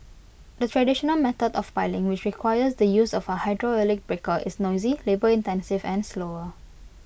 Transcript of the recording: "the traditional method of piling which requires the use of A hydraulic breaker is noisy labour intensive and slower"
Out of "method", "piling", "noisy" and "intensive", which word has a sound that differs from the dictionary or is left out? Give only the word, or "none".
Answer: method